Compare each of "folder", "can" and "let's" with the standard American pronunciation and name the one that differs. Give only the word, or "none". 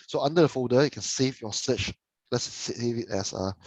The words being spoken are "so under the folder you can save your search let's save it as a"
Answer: folder